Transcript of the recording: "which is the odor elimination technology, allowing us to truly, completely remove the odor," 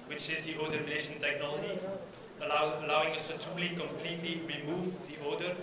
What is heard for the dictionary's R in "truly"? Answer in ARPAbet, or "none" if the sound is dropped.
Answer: none